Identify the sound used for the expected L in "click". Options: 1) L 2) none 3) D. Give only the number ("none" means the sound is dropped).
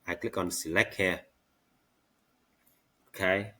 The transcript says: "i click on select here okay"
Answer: 1